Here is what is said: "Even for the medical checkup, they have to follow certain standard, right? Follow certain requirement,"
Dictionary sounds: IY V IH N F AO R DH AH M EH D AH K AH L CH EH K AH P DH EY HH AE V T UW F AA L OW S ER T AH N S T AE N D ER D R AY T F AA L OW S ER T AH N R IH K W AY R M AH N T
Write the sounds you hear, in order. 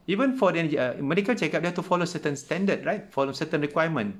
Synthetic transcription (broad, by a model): IY V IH N F AO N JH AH M EH D AH K AH L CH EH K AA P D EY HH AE F T UW F AA L OW S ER T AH N S T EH N D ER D R AY T F AA L OW S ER T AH N R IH K W AY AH M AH N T